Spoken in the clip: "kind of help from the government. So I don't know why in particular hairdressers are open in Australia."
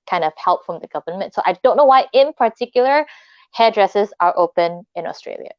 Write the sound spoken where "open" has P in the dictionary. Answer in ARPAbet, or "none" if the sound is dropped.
P